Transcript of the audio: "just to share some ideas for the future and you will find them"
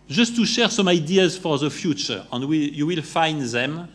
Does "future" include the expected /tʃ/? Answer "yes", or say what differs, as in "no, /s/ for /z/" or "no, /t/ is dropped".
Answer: yes